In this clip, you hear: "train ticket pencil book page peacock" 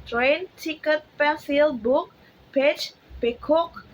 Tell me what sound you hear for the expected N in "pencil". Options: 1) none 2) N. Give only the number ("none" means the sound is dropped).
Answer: 1